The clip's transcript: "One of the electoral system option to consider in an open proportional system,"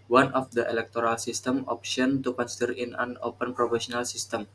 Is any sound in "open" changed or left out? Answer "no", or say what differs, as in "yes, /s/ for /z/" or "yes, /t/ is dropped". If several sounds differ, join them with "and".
no